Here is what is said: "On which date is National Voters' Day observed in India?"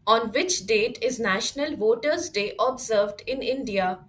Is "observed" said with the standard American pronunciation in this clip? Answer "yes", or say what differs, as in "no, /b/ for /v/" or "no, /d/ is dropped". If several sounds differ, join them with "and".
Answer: yes